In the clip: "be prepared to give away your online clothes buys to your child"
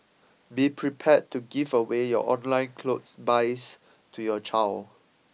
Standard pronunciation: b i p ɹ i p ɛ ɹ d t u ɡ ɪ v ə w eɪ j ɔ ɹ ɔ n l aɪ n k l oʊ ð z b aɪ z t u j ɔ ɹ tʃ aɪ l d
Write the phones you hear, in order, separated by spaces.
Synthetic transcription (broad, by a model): b i p ɹ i p ɛ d t u ɡ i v ə w eɪ j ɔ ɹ ɔ n l aɪ n k l oʊ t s b aɪ s t u j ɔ tʃ aɪ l